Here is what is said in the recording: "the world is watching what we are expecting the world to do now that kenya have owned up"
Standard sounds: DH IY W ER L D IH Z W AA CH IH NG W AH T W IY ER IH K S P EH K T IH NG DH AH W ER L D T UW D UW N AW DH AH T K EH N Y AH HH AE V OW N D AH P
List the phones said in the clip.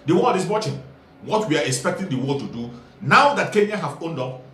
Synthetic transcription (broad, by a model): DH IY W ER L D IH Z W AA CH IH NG W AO T W IY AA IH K S P EH K T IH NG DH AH W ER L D T UW D UW N AW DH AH T K EH N Y AH HH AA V OW N D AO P